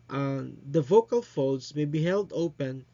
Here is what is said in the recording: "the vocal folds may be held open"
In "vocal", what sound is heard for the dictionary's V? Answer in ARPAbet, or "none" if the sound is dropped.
V